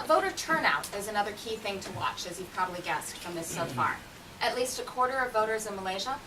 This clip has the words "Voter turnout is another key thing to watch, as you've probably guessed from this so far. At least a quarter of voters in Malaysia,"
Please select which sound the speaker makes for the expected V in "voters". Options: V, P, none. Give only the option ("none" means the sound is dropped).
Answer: V